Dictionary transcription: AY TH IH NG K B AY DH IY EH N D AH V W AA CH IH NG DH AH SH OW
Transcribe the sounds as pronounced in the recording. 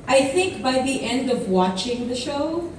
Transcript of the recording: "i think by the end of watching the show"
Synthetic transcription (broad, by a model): AY TH IH NG K B AY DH IY EH N D AH V W AA CH IH NG DH AH SH OW